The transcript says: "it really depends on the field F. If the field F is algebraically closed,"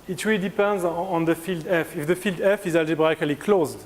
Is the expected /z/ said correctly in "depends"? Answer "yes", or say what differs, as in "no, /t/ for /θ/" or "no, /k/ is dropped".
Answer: yes